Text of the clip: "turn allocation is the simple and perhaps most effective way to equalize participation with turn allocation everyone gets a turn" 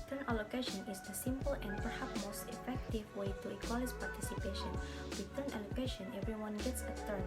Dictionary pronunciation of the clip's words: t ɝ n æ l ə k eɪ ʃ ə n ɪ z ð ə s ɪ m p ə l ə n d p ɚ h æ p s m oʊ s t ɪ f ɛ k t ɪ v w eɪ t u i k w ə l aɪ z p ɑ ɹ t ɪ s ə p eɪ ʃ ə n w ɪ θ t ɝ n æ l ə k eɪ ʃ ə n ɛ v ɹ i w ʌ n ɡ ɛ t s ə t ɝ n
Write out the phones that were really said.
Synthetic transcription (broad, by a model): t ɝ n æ l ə k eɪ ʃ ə n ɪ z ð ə s ɪ m p ə l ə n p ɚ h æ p m oʊ s t ɪ f ɛ k t ɪ v w eɪ t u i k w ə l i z p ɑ ɹ t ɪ s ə p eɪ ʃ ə n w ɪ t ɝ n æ l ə k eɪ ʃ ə n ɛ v ɹ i w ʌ n ɡ ɛ t s ə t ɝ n